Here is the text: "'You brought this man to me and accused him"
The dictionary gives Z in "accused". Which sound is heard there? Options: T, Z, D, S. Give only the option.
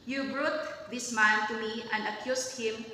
S